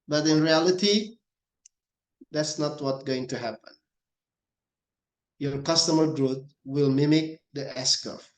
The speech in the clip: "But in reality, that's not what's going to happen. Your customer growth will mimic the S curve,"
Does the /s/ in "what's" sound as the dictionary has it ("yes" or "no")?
no